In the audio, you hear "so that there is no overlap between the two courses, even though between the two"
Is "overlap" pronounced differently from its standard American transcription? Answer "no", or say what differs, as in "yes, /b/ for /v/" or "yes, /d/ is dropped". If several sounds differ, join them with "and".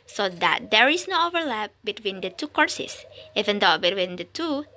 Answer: no